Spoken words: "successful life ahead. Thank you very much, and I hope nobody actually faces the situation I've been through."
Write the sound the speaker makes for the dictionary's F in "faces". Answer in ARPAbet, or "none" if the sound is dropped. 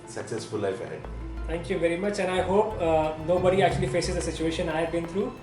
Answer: F